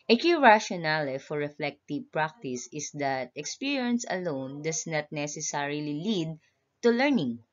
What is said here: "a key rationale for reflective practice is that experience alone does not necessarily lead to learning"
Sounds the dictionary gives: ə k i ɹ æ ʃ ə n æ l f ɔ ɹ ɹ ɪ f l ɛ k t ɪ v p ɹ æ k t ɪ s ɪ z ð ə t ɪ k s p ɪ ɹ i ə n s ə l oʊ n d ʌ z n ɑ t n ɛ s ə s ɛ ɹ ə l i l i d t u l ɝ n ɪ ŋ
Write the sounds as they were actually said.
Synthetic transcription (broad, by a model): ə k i ɹ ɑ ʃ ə n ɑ l f ɔ ɹ ɹ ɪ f l ɛ k t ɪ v p ɹ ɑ k t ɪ s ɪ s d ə t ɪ k s p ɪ ɹ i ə n s ə l oʊ n d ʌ s n ɑ t n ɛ s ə s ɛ ɹ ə l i l i d t u l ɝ n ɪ ŋ